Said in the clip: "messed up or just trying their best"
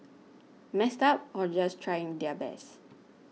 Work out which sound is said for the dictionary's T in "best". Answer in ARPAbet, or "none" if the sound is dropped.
none